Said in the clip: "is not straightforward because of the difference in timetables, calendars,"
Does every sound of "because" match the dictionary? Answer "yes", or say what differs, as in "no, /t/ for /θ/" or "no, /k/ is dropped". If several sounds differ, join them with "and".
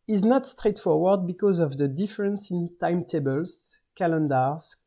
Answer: yes